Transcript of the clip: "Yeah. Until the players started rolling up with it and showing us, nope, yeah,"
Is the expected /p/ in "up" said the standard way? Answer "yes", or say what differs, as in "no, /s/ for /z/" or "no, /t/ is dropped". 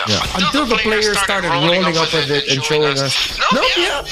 yes